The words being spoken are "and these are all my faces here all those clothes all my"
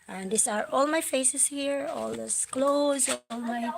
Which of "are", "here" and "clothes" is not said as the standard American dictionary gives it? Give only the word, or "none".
none